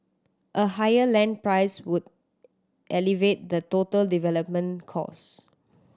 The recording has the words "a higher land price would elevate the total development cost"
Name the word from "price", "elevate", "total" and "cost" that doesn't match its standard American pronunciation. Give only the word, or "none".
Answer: cost